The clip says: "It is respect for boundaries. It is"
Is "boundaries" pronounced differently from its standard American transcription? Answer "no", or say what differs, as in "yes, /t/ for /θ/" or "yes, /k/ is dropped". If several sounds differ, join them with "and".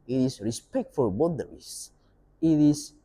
yes, /n/ is dropped